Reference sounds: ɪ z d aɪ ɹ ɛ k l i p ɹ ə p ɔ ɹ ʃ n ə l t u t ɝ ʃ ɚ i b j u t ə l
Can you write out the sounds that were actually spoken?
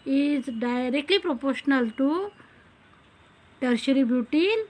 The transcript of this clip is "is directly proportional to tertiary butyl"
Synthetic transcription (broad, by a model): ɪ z d aɪ ɹ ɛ k l i p ɹ ə p ɔ ɹ ʃ n ə l t u t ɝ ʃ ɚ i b j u t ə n